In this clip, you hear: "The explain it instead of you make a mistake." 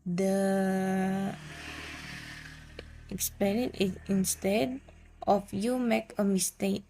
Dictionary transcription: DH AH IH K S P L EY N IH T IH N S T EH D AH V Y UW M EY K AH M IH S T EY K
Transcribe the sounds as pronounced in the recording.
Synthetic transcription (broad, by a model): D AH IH K S P N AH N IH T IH N S T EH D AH F Y UW M EY K AH M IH S T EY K